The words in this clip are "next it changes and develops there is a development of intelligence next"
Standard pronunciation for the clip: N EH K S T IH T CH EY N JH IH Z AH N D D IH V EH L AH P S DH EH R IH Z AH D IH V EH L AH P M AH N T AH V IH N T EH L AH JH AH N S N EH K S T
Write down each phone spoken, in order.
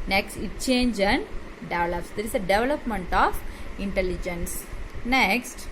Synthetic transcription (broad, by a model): N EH K S T IH T CH EY N JH AH N D D IH V EH L AH P S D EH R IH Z AH D IH V EH L AH P M AH N T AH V IH N T EH L AH JH AH N S N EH K S T